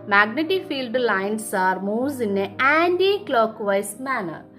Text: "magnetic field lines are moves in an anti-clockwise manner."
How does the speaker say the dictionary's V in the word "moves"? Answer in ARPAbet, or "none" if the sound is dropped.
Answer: none